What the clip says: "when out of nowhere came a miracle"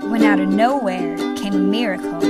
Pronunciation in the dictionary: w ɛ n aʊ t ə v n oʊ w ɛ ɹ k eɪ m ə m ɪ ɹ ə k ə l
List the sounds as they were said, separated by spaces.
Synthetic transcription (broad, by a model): w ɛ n aʊ t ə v n oʊ w ɛ ɹ k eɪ ə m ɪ ɹ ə k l